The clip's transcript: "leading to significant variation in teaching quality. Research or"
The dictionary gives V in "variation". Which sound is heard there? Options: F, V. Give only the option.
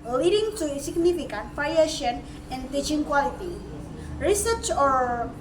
F